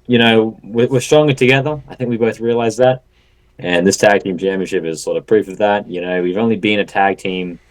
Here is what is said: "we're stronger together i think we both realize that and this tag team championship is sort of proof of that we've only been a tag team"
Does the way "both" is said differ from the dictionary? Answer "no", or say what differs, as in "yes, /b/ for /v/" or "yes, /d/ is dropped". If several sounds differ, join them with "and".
no